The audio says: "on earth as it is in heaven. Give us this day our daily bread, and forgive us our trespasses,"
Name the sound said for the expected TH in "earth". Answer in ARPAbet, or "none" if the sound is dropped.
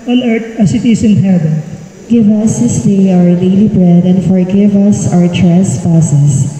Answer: T